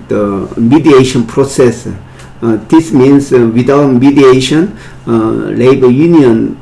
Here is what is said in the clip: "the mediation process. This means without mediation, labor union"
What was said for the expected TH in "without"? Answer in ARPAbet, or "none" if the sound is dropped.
T